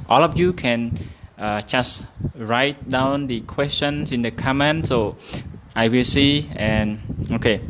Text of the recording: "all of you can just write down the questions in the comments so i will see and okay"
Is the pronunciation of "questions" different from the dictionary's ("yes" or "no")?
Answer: yes